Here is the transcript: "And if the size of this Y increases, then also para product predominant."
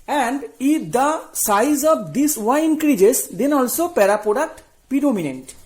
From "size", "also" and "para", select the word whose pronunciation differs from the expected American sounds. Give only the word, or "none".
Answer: none